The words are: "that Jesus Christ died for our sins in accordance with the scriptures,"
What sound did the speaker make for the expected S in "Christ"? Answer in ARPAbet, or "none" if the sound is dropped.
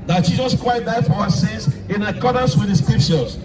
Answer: none